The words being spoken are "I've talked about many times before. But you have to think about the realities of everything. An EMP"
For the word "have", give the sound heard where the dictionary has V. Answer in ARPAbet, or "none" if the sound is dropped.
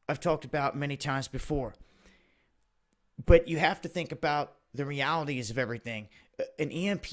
F